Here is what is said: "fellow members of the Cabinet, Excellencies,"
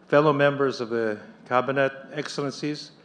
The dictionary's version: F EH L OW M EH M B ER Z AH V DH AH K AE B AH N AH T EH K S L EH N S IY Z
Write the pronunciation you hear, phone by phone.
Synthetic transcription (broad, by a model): F EH L OW M EH M B ER Z AH V DH AH K AE B AH N AH T EH K S L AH N S IY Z